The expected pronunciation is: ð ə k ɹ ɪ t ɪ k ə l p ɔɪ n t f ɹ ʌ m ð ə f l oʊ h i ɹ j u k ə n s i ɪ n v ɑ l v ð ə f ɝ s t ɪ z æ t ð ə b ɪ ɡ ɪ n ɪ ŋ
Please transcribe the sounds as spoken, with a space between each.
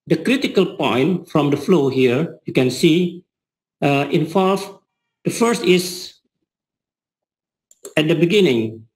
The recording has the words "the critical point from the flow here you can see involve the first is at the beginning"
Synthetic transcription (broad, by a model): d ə k ɹ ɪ t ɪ k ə l p ɔɪ n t f ɹ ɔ m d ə f l oʊ h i ɹ j u k ə n s i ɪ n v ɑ l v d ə f ɝ s t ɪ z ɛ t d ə b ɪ ɡ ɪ n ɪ ŋ